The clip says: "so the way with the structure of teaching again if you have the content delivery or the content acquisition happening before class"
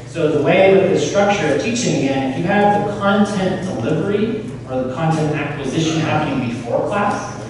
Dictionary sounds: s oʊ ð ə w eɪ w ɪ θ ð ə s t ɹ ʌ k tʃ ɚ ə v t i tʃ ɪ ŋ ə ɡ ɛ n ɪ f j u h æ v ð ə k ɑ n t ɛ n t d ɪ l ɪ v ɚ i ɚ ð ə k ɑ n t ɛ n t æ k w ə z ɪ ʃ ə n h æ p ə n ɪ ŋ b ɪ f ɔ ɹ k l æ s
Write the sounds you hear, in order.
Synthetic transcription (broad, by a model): s oʊ ð ə w eɪ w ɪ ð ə s t ɹ ʌ k tʃ ɚ ə v t i tʃ ɪ ŋ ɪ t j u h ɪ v ð ə k ɑ n t ɛ n d ɪ l ɪ v ɚ i ɚ ð ə k ɑ n t ɛ n t æ k w ə z ɪ ʃ ə n h æ p ə n ɪ ŋ b ɪ f ɔ ɹ k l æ s